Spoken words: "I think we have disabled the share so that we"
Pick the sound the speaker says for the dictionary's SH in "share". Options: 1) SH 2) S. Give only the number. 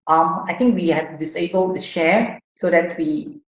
1